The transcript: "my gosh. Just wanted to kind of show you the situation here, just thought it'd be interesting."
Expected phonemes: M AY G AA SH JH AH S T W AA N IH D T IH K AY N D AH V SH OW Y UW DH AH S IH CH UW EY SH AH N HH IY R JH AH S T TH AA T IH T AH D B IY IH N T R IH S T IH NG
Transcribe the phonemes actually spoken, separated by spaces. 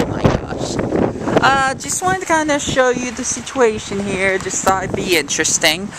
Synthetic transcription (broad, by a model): M AY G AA SH JH AH S T W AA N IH T IH K AY N D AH SH OW Y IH DH AH S IH CH UW EY SH AH N HH IY R JH AH S T S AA IH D B IY IH N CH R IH S T IH NG